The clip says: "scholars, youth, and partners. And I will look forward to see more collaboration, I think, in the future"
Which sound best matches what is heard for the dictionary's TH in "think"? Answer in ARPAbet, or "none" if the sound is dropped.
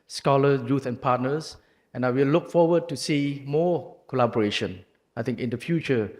T